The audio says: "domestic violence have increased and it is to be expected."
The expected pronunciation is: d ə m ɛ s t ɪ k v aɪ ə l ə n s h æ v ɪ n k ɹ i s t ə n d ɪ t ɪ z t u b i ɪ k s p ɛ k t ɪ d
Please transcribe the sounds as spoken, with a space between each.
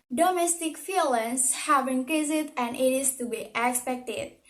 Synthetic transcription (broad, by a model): d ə m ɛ s t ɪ k f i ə l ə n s h æ v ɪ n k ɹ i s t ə n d ɪ t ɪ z t u b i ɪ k s p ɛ k t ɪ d